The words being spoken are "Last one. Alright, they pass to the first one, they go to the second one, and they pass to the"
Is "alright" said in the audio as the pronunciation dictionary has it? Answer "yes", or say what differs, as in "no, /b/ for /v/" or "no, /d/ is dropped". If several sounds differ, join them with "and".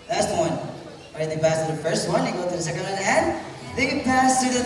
no, /l/ is dropped